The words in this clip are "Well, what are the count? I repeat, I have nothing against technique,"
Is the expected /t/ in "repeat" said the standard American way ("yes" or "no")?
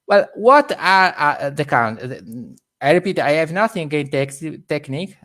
yes